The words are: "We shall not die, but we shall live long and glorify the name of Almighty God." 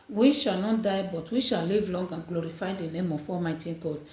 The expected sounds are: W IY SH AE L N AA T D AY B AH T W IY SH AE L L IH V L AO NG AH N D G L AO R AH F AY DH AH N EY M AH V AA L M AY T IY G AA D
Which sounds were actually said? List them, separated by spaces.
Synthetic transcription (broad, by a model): W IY SH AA L N AA T D AY B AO T W IY SH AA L L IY V L AO NG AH N G L AO R AH F AY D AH N EY M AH F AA M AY T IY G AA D